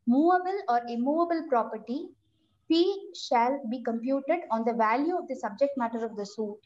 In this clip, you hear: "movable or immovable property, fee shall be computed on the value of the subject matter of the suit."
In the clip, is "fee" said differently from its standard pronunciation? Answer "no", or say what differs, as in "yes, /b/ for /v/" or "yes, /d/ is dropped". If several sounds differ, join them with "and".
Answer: yes, /p/ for /f/